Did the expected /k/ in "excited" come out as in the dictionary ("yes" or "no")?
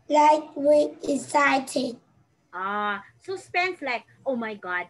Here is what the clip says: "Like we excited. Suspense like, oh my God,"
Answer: no